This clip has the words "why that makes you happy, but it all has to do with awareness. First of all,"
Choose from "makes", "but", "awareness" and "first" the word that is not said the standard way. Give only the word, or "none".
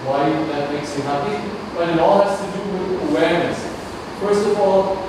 none